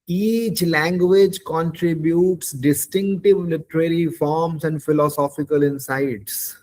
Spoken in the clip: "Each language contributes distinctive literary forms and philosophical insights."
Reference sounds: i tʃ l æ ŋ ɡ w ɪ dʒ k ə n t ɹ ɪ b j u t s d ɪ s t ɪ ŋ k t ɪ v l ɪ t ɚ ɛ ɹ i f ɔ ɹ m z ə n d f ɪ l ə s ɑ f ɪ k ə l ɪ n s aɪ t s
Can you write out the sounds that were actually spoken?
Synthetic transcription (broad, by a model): i tʃ l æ ŋ ɡ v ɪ dʒ k ə n t ɹ ɪ b j u t s d ɪ s t ɪ ŋ k t ɪ v l ɪ t ɚ ɛ ɹ i f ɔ ɹ m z ə n d f ɪ l ə s ɑ f ɪ k ə l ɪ n s aɪ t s